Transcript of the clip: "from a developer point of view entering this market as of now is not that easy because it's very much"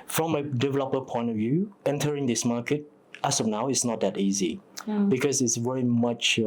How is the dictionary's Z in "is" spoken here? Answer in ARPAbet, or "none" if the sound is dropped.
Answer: S